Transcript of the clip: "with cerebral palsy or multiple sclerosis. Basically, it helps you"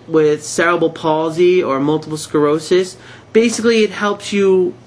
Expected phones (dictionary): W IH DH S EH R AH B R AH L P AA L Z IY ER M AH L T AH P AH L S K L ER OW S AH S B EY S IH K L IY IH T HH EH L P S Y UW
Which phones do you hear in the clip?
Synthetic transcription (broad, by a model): W IH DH S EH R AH B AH L P AA L Z IY ER M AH L T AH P L S K ER OW S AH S B EY S IH K L IY IH T HH EH L P S Y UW